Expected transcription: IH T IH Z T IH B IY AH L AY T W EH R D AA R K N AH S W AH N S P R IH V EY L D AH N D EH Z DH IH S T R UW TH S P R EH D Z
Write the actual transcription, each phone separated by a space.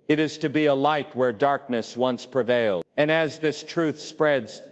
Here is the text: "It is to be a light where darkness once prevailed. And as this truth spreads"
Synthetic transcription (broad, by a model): IH T IH Z T IH B IY AH L AY T W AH R D AA R K N AH S W AH N S P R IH V EY L AH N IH Z DH IH S T R UW TH S P R EH D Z